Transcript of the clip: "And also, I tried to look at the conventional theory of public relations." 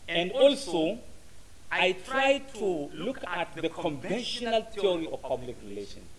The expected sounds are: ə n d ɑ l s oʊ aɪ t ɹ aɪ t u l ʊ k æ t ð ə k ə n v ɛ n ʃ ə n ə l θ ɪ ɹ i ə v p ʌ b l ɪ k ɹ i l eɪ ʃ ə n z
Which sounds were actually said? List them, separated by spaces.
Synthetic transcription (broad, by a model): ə n d ɑ l s oʊ aɪ t ɹ aɪ t u l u k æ t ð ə k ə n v ɛ n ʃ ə n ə l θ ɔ ɹ i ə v p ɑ b l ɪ k ɹ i l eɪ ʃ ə n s